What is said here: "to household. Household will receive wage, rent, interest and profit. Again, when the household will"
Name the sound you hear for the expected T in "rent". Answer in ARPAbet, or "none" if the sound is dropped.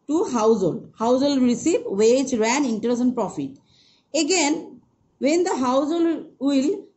none